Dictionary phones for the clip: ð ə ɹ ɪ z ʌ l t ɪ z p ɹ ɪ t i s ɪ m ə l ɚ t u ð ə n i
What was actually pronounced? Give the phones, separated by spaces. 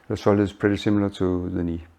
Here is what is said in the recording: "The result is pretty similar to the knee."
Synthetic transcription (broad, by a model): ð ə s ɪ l ɪ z p ɹ ɪ t i s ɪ m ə l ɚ t u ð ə n i